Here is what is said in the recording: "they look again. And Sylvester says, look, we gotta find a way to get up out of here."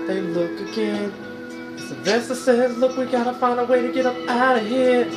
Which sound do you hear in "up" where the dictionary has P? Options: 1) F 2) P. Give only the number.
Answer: 2